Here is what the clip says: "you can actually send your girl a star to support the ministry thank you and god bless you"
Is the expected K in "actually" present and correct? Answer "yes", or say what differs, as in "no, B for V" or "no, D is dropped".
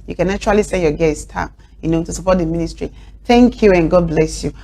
no, K is dropped